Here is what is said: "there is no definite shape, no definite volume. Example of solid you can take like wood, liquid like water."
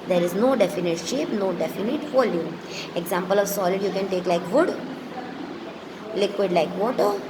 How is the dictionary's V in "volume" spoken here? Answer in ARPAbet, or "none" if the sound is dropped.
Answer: F